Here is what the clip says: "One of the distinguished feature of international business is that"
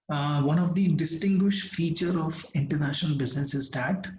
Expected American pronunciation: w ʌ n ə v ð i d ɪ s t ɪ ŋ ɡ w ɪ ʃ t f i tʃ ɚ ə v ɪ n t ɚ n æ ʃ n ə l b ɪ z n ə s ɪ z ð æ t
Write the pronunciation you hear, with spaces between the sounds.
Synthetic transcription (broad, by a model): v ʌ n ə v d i d ɪ s t ɪ ŋ ɡ w ɪ ʃ t f i tʃ ɚ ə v ɪ n t ɚ n æ ʃ n ə l b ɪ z n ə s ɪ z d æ t